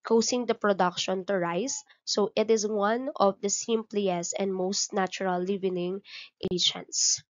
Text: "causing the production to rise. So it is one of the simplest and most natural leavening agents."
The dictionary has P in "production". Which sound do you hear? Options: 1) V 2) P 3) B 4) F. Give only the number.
2